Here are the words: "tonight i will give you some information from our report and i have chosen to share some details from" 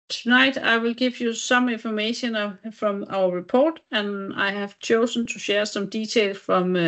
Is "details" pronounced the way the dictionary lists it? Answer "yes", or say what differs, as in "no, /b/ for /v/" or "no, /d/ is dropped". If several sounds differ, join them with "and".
no, /s/ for /t/ and /z/ is dropped